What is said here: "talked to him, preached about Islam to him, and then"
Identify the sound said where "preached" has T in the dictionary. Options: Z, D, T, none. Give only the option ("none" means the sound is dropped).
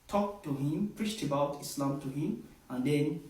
T